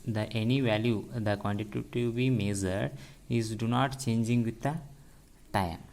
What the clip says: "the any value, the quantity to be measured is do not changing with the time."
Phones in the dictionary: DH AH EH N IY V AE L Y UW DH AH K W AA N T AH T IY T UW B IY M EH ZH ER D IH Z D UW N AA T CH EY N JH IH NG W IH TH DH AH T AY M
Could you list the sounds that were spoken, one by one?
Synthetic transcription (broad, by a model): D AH EH N IY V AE L Y UW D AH K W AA N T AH T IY T UW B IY M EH Z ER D IH Z D UW N AA T CH EY N JH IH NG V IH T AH T AY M